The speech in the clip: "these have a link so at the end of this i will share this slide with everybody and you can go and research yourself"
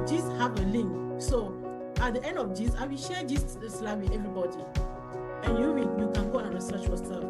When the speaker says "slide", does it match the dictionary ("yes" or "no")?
yes